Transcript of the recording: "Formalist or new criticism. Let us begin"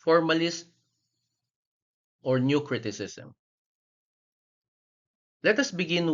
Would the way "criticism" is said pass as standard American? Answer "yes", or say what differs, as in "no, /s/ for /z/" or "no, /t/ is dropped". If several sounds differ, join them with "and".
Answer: no, /s/ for /z/